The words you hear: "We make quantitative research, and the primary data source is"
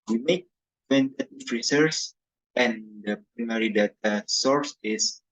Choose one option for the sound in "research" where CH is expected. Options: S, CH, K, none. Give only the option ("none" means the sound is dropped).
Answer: S